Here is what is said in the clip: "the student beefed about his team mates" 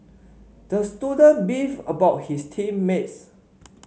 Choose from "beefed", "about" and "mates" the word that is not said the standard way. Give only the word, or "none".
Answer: beefed